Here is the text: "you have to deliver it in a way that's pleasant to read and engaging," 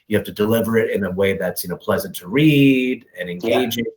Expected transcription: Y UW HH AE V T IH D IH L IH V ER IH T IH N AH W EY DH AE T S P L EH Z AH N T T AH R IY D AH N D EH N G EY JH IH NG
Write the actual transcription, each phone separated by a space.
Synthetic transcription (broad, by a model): Y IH HH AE F T IH D IH L IH V ER IH T IH N AH W EY DH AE T S P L EH Z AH N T T AH R IY D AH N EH N G EY JH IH